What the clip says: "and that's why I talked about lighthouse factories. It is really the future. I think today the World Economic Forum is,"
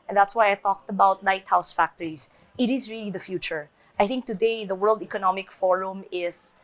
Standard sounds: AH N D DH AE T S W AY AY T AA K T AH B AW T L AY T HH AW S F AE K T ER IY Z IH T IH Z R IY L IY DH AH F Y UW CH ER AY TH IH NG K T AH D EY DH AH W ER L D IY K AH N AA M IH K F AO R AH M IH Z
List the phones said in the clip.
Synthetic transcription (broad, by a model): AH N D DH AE T S W AY AY T AA K T AH B AW T N AY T HH AW S F AE K T ER IY Z IH T IH Z R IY L IY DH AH F Y UW CH ER AY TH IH NG K T AH D EY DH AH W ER L D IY K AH N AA M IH K F AO R AH M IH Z